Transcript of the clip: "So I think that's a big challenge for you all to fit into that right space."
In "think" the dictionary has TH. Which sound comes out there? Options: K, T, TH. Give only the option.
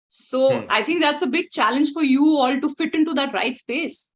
T